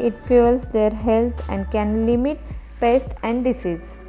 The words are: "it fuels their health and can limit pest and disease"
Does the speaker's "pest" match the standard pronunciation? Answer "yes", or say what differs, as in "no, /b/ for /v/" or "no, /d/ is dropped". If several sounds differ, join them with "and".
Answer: yes